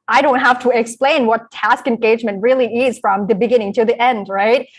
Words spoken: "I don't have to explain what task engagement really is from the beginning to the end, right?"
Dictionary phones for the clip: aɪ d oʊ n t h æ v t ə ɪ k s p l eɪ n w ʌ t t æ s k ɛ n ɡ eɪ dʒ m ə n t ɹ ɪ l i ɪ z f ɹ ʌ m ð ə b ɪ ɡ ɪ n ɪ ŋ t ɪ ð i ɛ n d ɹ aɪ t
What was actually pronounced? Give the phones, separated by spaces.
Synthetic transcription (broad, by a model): aɪ d oʊ n t h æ f t ə ɪ k s p l eɪ n w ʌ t t æ s k ɛ n ɡ eɪ dʒ m ə n t ɹ ɪ l i ɪ z f ɹ ʌ m ð ə b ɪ ɡ ɪ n ɪ ŋ t ɪ ð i ɛ n d ɹ aɪ t